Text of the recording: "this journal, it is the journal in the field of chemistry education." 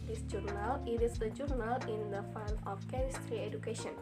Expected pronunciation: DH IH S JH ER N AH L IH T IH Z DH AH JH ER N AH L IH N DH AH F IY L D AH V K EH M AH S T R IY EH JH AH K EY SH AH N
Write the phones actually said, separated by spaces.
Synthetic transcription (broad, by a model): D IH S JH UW N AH L IH T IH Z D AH JH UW N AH L IH N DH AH F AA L AH F K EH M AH S T R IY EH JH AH K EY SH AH N